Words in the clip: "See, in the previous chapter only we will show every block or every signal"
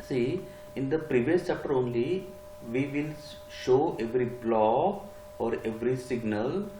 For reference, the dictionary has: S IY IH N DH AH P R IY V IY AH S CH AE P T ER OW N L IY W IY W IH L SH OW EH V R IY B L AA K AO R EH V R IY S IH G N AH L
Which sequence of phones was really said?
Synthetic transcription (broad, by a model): S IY IH N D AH P R IY V IY AH S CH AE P T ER OW N L IY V IY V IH L SH OW EH V R IY B L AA AO R EH V R IY S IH G N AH L